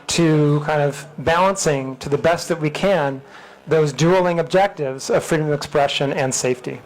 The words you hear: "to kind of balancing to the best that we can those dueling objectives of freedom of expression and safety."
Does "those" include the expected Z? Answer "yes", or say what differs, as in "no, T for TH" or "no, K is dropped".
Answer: yes